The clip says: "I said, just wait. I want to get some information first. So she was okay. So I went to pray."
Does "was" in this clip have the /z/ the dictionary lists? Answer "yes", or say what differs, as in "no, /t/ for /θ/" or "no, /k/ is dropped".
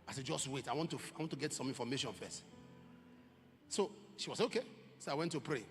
no, /s/ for /z/